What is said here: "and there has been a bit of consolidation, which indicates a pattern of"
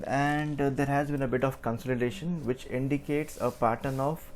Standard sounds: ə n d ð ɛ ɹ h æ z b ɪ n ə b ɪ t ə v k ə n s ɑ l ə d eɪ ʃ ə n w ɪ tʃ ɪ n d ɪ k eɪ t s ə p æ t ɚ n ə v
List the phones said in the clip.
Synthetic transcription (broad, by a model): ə n d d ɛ ɹ h æ z b ɪ n ə b ɪ t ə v k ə n s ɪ l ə d eɪ ʃ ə n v ɪ tʃ ɪ n d ɪ k eɪ t s ə p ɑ t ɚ n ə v